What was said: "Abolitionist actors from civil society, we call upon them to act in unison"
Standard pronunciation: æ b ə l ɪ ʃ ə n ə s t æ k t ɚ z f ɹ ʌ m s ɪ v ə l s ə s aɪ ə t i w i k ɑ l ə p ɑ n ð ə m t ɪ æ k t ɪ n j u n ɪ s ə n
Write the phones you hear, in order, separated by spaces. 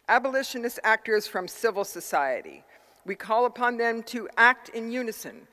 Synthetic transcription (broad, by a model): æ b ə l ɪ ʃ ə n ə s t æ k t ɚ z f ɹ ʌ m s ɪ v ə l s ə s aɪ ə t i w i k ɑ l ə p ɑ n ð ə m t ɪ æ k t ɪ n j u n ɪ s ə n